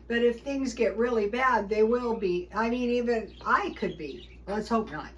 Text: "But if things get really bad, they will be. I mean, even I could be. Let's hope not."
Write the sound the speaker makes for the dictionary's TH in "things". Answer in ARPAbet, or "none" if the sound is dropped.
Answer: TH